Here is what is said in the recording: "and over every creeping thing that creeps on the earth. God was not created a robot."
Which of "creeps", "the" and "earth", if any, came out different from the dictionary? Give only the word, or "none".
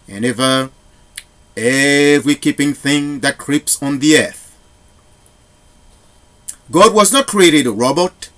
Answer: none